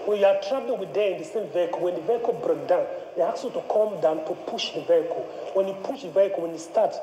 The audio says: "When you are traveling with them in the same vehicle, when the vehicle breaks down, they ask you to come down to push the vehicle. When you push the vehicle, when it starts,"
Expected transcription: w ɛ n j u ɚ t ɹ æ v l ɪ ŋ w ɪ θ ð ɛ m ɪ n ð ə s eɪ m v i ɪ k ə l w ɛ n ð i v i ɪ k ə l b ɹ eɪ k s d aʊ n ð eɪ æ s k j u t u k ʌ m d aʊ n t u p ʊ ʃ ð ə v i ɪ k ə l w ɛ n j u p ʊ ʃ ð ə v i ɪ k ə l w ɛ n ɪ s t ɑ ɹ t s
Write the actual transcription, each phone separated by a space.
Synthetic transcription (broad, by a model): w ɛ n j u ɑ t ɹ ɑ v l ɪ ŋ w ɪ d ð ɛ ɪ n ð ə s eɪ m v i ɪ k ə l w ɛ n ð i v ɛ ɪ k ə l b ɹ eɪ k d aʊ n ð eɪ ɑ k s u t u k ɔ m d aʊ n t u p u ʃ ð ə v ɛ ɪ k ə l w ɛ n j u p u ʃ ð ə v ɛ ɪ k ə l w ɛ n ɪ s t ɑ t